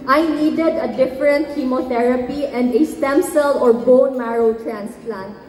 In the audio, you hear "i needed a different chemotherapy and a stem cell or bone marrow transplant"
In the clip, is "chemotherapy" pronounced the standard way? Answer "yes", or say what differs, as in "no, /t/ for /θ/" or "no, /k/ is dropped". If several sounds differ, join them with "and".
no, /t/ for /θ/